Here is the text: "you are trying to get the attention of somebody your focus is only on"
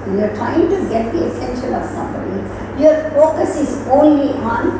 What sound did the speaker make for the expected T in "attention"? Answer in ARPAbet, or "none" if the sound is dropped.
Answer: S